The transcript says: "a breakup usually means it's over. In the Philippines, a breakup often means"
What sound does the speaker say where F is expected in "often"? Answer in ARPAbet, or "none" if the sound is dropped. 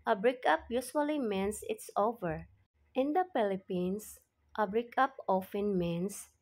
F